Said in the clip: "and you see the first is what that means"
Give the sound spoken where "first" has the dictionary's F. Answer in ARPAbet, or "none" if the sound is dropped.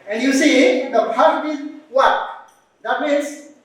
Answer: P